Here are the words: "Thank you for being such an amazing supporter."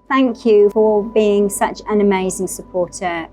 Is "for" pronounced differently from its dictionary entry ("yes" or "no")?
yes